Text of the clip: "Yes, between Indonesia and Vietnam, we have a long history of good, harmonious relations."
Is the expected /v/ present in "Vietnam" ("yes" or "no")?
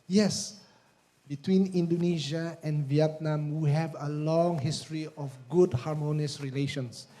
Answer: yes